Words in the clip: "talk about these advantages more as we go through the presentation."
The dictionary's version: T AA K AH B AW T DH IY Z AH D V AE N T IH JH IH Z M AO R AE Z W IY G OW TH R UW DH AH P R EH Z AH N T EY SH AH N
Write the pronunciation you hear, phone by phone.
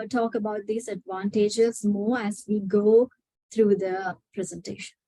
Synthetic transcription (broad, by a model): T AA K AH B AW T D IY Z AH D V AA N T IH JH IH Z M AO R AE Z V IY G OW T R UW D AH P R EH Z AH N T EY SH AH N